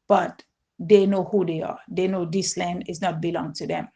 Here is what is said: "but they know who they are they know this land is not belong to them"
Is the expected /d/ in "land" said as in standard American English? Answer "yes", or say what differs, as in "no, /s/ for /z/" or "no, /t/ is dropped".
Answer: yes